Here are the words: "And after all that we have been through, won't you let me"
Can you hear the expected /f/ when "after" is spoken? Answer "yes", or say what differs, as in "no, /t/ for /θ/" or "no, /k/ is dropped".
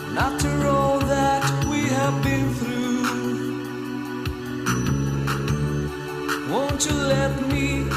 no, /f/ is dropped